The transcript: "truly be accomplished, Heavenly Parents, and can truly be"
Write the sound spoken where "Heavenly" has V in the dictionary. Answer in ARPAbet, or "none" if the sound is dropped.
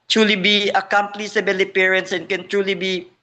B